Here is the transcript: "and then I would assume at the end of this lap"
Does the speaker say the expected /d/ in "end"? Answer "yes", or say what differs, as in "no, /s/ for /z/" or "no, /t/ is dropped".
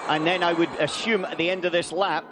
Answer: yes